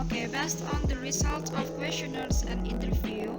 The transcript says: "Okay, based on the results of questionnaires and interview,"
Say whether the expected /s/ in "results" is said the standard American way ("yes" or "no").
no